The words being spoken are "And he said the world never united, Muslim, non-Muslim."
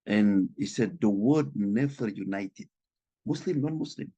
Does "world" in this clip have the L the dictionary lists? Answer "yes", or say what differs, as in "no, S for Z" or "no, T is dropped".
no, L is dropped